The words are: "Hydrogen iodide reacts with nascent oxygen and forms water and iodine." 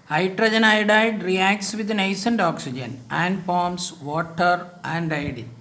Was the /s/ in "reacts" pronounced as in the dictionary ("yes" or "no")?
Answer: yes